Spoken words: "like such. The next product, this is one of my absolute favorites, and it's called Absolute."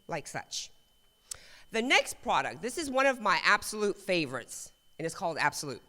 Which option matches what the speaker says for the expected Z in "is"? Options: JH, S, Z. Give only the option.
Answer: Z